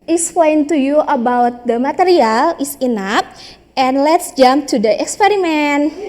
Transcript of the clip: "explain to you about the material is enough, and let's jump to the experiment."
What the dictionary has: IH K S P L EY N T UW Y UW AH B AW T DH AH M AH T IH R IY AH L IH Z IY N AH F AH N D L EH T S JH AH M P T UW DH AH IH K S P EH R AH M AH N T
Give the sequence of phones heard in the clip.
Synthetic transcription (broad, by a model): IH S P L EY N T UW Y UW AH B AW T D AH M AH T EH R IY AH L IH S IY N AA P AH N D L EH T S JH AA M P T UW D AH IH K S P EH R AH M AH N